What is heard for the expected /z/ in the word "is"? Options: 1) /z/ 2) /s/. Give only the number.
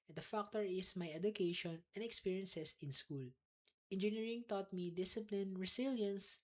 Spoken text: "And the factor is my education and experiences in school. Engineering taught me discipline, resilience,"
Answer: 2